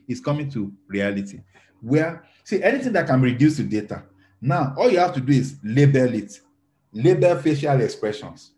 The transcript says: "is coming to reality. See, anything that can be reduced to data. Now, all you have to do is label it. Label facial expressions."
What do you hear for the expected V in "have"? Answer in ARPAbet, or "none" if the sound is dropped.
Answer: F